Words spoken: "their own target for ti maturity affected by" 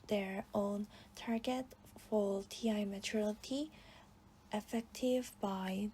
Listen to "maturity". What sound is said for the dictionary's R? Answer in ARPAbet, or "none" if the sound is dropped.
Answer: L